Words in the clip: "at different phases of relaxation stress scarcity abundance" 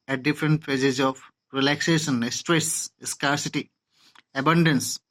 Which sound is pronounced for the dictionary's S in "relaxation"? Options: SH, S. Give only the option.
S